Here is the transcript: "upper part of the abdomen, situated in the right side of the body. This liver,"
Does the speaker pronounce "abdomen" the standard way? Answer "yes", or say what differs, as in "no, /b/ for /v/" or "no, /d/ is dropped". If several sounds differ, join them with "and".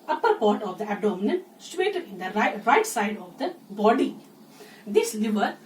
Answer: no, /b/ is dropped